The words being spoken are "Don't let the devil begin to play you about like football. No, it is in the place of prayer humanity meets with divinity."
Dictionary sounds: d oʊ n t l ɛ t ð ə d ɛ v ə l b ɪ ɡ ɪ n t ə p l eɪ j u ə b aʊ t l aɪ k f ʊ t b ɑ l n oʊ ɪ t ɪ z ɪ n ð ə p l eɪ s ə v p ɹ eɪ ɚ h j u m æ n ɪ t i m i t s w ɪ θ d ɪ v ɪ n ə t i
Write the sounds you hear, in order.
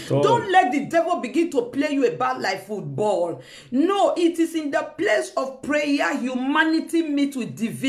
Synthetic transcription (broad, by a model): d oʊ n t l ɛ t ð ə d ɛ v ə l b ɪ ɡ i n t ə p l eɪ j u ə b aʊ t l aɪ k f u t b ɑ l n oʊ ɪ t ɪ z ɪ n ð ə p l eɪ s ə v p ɹ eɪ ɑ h j u m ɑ n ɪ t i m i t w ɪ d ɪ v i